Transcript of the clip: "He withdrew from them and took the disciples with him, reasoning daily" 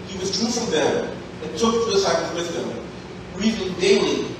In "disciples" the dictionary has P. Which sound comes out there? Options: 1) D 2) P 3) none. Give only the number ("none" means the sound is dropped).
3